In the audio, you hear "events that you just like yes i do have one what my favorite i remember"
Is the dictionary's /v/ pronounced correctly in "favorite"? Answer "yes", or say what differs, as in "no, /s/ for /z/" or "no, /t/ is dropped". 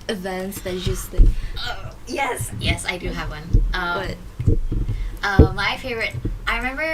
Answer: yes